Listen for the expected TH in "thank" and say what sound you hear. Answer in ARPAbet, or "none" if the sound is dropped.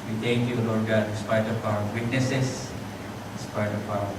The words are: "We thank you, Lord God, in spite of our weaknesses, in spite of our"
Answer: T